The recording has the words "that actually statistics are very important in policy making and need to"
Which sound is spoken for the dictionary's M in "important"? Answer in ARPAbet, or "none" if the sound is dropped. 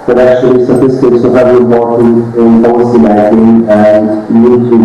none